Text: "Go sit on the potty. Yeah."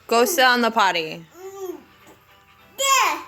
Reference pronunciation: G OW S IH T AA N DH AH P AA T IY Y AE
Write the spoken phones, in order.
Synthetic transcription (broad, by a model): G OW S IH AA N DH AH P AA T IY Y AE